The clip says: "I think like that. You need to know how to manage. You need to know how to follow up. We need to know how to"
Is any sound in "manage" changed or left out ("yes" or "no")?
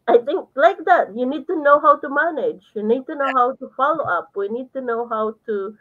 no